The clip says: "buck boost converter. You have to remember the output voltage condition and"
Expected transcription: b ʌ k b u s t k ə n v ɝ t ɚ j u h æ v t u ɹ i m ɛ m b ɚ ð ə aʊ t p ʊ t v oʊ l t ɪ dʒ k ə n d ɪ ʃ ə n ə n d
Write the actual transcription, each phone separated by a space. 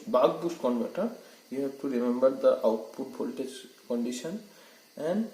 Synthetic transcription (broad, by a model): b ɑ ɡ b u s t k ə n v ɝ t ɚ j u h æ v t u ɹ i m ɛ m b ɚ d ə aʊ t p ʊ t p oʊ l t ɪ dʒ k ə n d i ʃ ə n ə n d